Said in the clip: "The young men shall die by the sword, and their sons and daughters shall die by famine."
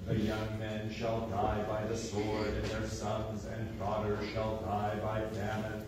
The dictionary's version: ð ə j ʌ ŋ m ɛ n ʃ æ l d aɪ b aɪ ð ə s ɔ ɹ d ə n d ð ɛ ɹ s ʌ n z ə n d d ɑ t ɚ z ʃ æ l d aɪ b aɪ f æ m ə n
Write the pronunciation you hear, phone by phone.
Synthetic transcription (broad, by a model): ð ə j ʌ ŋ m ɛ n ʃ æ l d aɪ b aɪ ð ə s ɔ ɹ d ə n ð ɛ ɹ s ʌ n z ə n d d ɑ t ɚ ʃ æ l d aɪ b aɪ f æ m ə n